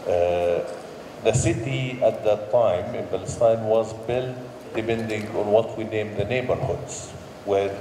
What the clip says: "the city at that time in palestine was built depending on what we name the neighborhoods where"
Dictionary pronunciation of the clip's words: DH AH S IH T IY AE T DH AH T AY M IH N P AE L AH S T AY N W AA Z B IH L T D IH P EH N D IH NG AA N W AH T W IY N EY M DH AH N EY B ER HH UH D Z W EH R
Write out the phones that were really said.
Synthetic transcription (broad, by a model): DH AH S IH T IY AE T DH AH T AY M IH N B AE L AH S T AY N W AA Z B IH L T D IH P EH N D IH NG AA N W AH T W IY N EY M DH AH N EY B ER HH UH D Z W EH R